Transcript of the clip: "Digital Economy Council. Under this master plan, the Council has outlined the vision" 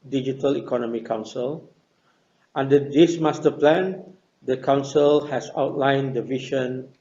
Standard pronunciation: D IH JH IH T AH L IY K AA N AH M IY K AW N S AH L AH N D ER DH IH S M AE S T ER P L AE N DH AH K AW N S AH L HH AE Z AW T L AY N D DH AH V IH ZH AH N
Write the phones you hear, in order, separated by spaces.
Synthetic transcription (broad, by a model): D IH JH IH T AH L IY K AA N AH M IY K AW N S AH L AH N D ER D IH S M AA S T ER P L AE N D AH K AW N S AH L HH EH S AW T L AY N D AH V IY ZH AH N